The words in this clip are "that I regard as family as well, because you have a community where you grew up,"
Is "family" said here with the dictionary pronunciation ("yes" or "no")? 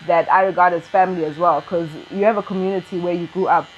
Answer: yes